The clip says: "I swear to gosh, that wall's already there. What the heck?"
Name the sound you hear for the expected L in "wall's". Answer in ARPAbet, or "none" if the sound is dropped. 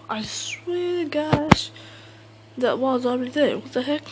none